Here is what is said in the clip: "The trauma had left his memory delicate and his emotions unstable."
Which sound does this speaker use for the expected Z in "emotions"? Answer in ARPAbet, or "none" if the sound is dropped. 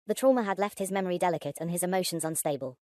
Z